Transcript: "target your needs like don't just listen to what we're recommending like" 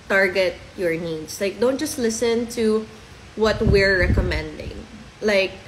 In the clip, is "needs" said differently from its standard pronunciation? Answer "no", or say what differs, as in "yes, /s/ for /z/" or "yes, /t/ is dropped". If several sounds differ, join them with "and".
yes, /s/ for /z/